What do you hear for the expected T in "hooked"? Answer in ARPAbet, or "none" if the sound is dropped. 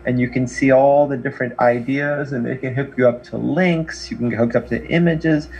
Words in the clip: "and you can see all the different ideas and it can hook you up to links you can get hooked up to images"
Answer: none